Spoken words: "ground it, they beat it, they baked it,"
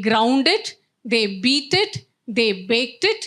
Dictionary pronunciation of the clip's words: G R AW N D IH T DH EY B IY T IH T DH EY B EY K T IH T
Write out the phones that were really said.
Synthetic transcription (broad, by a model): G R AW N D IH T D EY B IY T IH T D EY B EY K T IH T